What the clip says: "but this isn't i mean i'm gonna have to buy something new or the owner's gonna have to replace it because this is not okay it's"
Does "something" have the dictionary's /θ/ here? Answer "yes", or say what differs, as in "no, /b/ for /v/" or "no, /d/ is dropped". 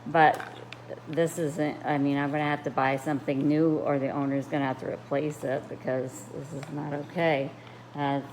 yes